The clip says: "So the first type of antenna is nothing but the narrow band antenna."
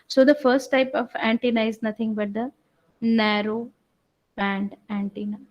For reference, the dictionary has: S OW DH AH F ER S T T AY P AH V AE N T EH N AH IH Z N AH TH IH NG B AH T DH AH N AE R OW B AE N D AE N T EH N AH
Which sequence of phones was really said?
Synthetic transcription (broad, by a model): S OW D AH F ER S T T AY P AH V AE N T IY N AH IH Z N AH T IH NG B AH T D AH N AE R OW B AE N D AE N T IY N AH